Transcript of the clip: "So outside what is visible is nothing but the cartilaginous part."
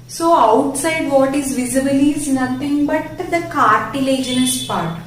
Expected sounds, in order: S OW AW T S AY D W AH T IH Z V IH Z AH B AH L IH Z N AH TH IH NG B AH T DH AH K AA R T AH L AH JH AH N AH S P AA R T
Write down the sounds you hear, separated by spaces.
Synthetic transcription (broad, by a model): S OW AW T S AY D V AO T IH Z V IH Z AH B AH L IH Z N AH T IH NG B AH T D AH K AA R T AH L AH JH AH N AH S P AA R T